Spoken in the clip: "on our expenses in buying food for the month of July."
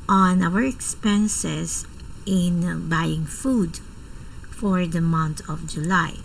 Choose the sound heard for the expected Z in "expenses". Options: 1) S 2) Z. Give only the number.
1